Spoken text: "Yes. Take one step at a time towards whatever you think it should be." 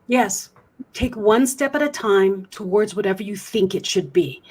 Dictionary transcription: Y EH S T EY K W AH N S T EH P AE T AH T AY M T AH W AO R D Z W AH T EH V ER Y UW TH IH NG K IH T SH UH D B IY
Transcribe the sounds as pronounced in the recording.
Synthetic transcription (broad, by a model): Y EH S T EY K W AH N S T EH P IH T AH T AY M T AH W AO R D Z W AH T EH V ER Y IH TH IH NG K IH T SH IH D B IY